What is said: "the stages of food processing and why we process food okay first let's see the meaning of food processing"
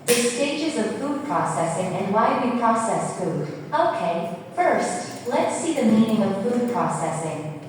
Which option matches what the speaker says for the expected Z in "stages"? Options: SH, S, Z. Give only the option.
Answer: Z